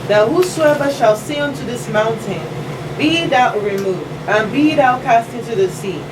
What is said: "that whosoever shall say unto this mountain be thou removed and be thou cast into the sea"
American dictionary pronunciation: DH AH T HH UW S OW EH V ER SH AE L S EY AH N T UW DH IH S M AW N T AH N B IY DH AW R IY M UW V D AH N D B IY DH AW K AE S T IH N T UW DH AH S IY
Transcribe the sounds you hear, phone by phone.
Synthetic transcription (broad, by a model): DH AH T HH UW S OW EH V ER SH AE L S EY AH N T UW DH IH S M AW N T AH N B IY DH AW R IY M UW V D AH N B IY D AW K AE S T IH N T UW DH AH S IY